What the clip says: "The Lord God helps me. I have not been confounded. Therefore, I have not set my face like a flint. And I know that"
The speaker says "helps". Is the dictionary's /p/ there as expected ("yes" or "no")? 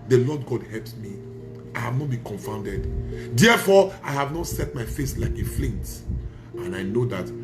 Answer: yes